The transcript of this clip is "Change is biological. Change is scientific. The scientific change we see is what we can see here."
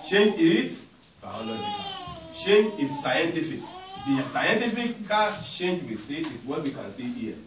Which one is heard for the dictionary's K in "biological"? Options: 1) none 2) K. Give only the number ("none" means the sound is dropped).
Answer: 1